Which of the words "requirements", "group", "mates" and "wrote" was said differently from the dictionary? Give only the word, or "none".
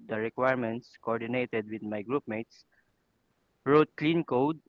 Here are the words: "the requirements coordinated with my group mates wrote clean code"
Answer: none